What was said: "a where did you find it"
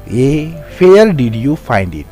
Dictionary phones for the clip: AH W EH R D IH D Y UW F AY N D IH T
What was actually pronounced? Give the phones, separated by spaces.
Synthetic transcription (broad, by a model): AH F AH L D IH D Y UW F AY N D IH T